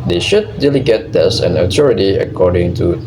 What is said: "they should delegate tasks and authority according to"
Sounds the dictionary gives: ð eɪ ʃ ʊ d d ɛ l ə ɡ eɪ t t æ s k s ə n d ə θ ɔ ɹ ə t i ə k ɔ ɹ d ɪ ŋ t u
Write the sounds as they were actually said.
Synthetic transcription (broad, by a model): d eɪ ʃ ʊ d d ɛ l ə ɡ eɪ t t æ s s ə n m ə t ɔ ɹ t i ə k ɔ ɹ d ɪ ŋ t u